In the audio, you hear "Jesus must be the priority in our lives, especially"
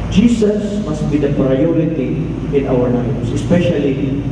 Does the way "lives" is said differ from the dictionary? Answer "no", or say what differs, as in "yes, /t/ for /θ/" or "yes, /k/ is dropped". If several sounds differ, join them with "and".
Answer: yes, /n/ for /l/